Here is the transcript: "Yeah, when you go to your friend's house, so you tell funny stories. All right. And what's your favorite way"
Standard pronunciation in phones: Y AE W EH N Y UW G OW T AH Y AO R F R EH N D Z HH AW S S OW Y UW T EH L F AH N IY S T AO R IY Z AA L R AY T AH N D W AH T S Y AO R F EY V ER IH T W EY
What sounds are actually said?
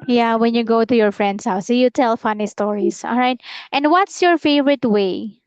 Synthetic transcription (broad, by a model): Y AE W EH N Y UW G OW T AH Y AO R F R EH N D S HH AW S S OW Y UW T EH L F AH N IY S T AO R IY S AA L R AY T AH N D W AH T S Y AO R F EY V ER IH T W EY